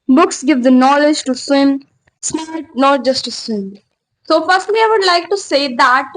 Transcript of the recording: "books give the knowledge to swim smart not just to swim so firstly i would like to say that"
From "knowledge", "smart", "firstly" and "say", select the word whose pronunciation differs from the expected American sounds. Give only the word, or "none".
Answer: smart